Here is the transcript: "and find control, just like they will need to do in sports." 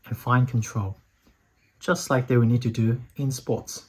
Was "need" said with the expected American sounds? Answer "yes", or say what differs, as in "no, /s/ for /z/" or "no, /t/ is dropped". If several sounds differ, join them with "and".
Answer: yes